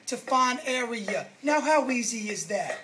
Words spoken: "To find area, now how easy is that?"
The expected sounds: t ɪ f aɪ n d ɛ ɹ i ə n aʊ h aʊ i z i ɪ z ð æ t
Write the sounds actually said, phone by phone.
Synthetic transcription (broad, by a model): t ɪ f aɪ n ɛ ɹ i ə n aʊ h aʊ i z i ɪ z ð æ t